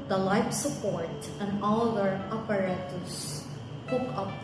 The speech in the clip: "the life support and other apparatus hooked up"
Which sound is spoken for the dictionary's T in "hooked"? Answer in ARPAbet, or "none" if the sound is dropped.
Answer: none